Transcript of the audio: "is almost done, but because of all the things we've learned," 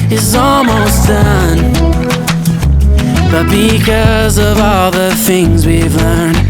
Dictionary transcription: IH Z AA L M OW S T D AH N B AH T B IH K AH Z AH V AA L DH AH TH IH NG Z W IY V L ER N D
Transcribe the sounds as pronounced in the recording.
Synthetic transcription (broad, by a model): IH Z AA L M OW S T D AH N B AH T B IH K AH Z AH V AA L DH AH TH IH NG Z W IY V L ER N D